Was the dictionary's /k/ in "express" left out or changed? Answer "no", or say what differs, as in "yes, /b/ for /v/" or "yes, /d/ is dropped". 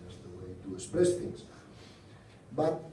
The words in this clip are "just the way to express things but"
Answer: yes, /k/ is dropped